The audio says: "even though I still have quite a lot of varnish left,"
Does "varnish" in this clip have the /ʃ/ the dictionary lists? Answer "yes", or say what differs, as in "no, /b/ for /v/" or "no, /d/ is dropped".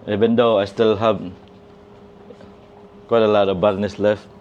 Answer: no, /s/ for /ʃ/